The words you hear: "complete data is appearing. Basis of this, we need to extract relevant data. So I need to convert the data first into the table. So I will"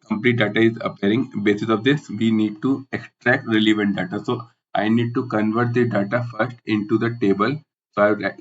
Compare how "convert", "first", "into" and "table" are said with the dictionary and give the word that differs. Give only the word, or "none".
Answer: none